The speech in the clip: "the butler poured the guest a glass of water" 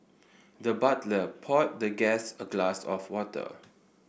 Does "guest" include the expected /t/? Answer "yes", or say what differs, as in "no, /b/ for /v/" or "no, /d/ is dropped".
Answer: no, /t/ is dropped